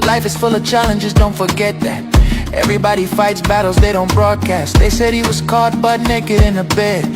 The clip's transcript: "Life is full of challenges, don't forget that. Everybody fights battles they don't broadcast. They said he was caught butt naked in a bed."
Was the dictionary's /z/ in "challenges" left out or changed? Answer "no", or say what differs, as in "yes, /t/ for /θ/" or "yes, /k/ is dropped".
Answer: no